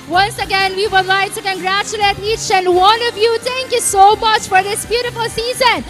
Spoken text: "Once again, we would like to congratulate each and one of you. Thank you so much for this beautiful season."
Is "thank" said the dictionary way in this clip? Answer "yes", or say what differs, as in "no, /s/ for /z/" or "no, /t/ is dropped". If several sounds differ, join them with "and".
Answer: no, /t/ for /θ/